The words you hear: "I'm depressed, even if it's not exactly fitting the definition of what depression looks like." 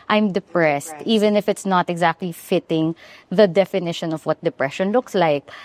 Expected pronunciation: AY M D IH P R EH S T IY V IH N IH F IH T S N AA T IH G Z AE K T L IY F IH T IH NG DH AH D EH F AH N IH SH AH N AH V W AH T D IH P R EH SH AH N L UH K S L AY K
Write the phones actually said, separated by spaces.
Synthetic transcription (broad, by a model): AY M D IH P R EH S T IY V IH N IH F IH T S N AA T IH G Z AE K T L IY F IH T IH NG DH AH D EH F AH N IH SH AH N AH V W AH T D IH P R EH SH AH N L UH K S L AY K